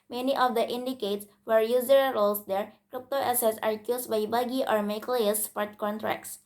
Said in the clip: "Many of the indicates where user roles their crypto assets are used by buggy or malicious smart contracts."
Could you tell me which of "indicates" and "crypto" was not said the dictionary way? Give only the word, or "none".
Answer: none